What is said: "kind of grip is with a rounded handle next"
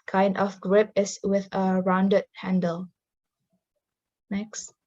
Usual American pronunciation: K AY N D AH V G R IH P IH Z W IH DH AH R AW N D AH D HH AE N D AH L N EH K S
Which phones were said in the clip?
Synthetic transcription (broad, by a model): K AY N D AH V G R IH P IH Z W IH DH AH R AW N D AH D HH AE N D AH L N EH K S